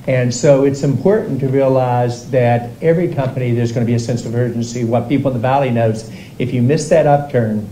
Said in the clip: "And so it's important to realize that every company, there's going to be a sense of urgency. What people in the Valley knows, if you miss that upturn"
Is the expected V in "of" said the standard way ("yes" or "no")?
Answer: yes